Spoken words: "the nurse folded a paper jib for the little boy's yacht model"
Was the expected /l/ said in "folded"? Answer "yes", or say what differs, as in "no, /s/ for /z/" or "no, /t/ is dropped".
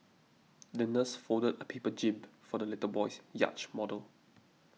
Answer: no, /l/ is dropped